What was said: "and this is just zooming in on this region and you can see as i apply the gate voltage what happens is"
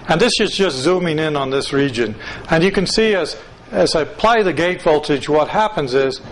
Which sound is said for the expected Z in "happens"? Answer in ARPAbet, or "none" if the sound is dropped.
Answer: Z